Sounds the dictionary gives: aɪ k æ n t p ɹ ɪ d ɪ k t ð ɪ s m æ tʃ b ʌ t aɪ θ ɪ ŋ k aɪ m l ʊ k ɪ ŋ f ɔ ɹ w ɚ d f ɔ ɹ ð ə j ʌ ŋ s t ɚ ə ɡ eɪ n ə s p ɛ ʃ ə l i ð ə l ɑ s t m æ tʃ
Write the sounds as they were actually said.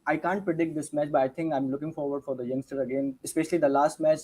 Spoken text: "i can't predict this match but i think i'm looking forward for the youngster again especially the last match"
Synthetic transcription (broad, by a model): aɪ k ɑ n t p ɹ ɪ d ɪ k t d ɪ s m æ tʃ b ʌ t aɪ t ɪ ŋ k aɪ m l ʊ k ɪ ŋ f ɔ ɹ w ɚ d f ɔ ɹ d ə j ʌ ŋ s t ɚ ə ɡ eɪ n ə s p ɛ ʃ ə l i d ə l ɑ s t m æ tʃ